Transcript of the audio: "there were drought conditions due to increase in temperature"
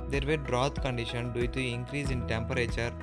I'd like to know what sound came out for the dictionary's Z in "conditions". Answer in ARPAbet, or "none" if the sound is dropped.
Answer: none